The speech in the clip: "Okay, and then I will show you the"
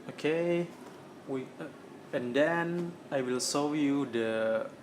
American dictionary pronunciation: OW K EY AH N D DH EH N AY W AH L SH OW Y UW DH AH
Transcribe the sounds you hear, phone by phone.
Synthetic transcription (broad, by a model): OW K EY AH N D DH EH N AY W AH L S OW Y UW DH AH